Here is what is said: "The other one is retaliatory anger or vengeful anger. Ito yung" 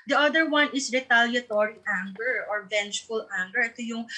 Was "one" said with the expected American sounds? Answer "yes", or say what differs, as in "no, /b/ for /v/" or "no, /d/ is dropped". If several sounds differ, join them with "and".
yes